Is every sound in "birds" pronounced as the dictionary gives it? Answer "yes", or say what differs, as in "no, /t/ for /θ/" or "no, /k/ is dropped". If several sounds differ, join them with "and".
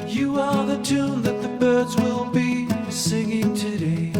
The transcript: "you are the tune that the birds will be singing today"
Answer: yes